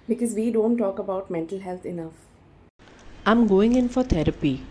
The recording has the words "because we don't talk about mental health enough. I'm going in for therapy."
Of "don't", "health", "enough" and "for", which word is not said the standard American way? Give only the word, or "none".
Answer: health